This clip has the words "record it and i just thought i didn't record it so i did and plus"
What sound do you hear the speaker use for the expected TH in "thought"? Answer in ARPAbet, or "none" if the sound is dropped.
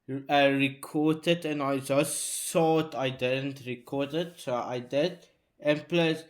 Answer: S